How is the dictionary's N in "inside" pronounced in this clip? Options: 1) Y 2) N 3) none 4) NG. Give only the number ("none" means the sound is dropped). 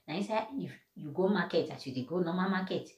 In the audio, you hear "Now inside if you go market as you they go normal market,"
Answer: 3